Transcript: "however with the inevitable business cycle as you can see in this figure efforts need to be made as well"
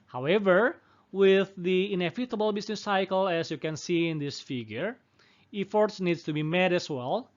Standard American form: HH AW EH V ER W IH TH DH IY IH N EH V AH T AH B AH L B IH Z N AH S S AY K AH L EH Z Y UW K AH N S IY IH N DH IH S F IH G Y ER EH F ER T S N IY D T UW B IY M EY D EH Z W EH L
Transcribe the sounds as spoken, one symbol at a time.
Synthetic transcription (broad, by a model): HH AW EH V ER W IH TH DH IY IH N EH F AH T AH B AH L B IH S N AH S S AY K AH L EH S Y UW K AH N S IY IH N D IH S F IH G Y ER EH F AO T S N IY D T UW B IY M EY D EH S W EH L